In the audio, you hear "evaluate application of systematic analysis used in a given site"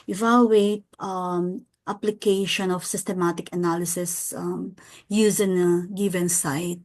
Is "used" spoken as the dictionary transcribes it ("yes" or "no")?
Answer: no